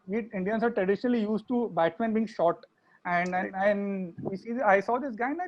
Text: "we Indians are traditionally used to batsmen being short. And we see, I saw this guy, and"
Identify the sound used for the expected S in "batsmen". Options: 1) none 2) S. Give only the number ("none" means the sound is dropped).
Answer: 1